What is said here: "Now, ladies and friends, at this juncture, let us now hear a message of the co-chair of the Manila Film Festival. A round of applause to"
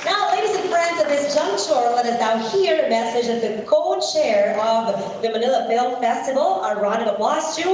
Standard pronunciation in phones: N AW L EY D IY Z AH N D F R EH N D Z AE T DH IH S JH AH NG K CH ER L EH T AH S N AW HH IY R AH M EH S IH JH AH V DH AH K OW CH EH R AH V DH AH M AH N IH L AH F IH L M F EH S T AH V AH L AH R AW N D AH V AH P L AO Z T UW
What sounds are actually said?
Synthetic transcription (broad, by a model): N AW L EY D IY Z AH N F R EH N D Z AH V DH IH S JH AH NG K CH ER L EH T AH S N AW HH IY R AH M EH S IH JH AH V DH AH K OW CH EH R AH V DH AH M AH N IH L AH F IH L M F EH S T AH V L AH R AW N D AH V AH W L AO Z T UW